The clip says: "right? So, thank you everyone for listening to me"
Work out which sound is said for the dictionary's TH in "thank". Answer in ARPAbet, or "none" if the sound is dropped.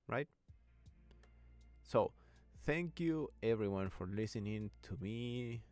TH